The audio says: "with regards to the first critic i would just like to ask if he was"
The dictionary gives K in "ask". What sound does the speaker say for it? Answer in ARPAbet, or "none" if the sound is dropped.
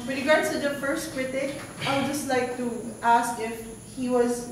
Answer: K